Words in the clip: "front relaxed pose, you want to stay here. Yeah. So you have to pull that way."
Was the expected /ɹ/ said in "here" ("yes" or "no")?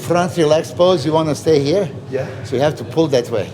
yes